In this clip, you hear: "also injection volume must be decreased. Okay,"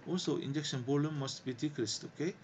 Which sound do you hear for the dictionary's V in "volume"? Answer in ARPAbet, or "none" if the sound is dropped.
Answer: B